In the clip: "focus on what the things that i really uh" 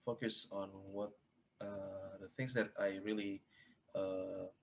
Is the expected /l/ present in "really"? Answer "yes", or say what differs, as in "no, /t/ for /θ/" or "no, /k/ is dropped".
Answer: yes